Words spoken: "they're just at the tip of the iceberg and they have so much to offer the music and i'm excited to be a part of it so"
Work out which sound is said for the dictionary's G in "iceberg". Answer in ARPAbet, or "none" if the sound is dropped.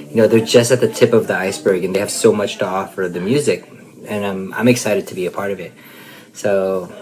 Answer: G